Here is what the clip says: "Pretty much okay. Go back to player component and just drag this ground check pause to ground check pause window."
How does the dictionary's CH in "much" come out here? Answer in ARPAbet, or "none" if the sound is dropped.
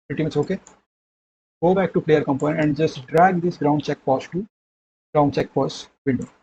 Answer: S